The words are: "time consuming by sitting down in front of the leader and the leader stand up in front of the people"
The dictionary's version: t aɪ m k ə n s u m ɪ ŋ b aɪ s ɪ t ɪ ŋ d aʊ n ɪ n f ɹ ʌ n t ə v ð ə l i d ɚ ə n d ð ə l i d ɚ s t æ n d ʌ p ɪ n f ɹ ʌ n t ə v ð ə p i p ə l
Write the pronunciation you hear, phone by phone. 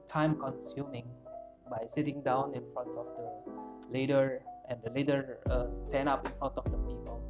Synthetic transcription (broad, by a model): t aɪ m k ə n s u m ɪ ŋ b aɪ s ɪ t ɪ ŋ d aʊ n ɪ n f ɹ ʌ n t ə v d ə l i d ɚ ə n d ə l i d ɚ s t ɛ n ɑ p ɪ n f ɹ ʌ n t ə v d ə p i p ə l